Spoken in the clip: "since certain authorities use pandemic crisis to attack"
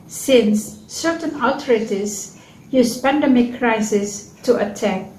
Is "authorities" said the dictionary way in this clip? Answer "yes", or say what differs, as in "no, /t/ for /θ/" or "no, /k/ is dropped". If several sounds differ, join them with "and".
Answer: no, /t/ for /θ/